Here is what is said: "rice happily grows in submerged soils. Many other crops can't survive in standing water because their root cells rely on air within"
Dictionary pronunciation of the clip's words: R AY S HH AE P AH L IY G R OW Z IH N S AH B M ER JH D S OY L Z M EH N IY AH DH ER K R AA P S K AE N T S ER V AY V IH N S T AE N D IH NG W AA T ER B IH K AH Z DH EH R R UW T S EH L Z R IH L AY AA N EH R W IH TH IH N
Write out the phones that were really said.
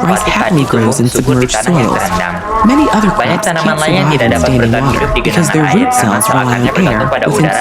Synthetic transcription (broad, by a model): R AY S HH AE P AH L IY G R OW Z IH N S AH B M ER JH S OY L Z M EH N IY AH DH ER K AA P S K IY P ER AY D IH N S T AE N D IH NG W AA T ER B IH K AH Z DH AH R R UW T S EH L Z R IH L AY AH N EH R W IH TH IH N